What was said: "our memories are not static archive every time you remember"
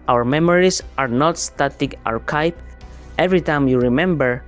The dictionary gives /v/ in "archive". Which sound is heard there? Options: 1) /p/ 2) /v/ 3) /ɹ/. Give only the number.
1